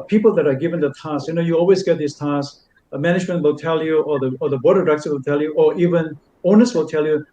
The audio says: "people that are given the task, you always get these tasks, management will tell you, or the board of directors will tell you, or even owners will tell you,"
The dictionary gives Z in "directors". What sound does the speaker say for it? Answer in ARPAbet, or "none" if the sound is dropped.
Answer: none